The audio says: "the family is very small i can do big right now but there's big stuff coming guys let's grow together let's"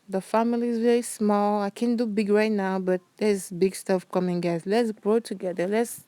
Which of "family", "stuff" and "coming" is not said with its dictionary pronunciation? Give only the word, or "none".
none